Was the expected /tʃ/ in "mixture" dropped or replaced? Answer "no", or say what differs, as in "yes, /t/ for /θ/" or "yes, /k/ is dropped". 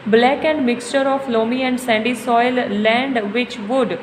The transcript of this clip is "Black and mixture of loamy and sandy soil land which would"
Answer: no